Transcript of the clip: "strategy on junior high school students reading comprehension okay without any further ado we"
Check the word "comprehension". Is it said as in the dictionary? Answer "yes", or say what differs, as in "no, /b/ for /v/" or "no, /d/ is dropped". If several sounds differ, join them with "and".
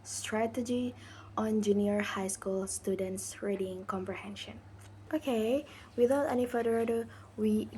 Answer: yes